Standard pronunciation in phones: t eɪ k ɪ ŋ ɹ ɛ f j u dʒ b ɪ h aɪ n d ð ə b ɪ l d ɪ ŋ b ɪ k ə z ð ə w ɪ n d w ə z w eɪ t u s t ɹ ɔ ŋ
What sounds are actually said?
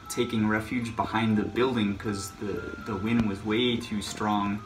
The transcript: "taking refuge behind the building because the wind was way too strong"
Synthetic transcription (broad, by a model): t eɪ k ɪ ŋ ɹ ɛ f j u dʒ b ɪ h aɪ n ð ə b ɪ l d ɪ ŋ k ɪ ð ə ð ə w ɪ n w ə z w eɪ t u s t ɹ ɔ ŋ